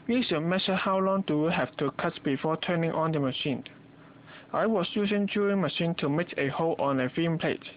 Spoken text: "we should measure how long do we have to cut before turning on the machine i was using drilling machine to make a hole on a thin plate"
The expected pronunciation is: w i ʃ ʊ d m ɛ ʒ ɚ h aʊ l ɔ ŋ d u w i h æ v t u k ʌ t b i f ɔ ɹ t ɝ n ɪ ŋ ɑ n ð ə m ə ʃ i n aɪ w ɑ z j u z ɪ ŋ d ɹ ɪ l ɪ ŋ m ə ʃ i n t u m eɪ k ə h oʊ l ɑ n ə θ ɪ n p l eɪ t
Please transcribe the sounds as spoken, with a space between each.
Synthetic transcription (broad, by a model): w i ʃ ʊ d m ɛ ʃ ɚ h aʊ l ɔ ŋ d u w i h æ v t u k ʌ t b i f ɔ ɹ t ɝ n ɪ ŋ ɑ n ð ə m ə ʃ i n aɪ w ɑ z j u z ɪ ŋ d u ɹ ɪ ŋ m ə ʃ i n t u m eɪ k ə h oʊ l ɑ n ə f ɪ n p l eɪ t